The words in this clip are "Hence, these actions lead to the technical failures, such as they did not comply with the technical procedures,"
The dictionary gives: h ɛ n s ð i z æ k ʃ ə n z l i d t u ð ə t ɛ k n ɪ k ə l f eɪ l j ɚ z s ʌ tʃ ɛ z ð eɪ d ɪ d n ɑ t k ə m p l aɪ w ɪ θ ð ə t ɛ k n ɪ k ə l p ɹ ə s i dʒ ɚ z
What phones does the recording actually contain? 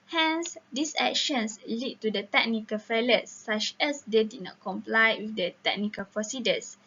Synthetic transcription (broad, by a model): h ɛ n s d i s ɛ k ʃ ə n s l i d t u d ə t ɛ k n ɪ k ə l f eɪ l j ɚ s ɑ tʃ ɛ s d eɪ d ɪ d n ɑ t k ə m p l aɪ w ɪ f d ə t ɛ k n ɪ k ə l p ɹ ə s i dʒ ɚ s